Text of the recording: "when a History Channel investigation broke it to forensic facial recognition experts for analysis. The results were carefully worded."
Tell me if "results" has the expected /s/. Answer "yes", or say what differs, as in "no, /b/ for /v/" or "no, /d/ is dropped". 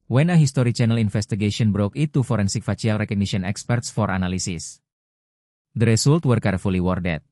no, /s/ is dropped